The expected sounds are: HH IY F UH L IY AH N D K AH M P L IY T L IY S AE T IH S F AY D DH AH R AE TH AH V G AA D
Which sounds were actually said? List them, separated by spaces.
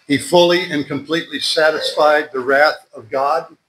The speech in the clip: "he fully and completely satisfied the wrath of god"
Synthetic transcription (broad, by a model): HH IY F UH L IY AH N K AH M P L IY T L IY S AE T IH S F AY D DH AH R AE TH AH V G AA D